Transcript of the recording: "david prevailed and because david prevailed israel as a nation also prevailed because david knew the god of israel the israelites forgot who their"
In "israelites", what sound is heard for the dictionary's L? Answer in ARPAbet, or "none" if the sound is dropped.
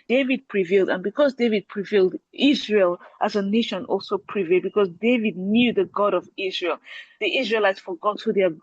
L